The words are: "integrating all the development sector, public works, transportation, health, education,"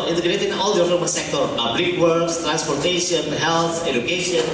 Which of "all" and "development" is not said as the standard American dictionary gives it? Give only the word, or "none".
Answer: development